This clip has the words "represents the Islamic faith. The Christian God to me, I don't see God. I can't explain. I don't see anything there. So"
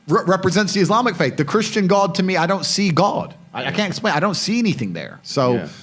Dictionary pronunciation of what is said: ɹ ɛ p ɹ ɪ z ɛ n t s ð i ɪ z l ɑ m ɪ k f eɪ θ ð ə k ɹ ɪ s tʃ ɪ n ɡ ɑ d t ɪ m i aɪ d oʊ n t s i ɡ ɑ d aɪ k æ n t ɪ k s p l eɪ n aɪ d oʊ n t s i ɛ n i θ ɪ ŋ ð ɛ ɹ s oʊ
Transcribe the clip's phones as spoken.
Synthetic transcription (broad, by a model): ɹ ɛ p ɹ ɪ z ɛ n t s ð i ɪ z l ɑ m ɪ k f eɪ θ ð ə k ɹ ɪ s tʃ ɪ n ɡ ɑ d t ɪ m i aɪ d oʊ n t s i ɡ ɑ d aɪ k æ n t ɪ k s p l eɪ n aɪ d oʊ n t s i ɛ n i θ ɪ ŋ ð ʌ ɹ s oʊ